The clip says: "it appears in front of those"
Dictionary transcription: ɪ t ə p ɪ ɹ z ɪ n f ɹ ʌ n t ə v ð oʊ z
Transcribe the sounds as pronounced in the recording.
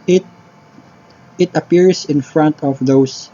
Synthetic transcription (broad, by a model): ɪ t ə p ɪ ɹ s ɪ n f ɹ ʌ n t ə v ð oʊ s